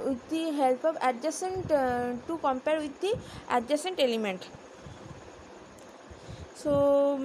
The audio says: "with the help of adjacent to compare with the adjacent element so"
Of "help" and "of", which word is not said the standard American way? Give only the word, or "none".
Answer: of